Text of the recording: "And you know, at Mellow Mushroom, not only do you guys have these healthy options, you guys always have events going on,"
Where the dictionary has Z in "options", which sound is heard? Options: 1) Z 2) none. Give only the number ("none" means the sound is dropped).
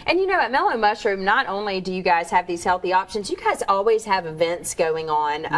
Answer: 1